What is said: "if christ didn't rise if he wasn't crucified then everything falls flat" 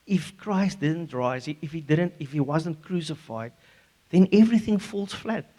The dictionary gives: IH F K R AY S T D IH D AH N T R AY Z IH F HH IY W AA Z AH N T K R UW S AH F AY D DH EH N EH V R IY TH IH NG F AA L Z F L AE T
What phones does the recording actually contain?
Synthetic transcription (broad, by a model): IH F K R AY S T D IH D AH N T R AY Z IH F HH IY W AA Z AH N T K R UW S AH F AY D DH EH N EH V R IY TH IH NG F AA L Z F L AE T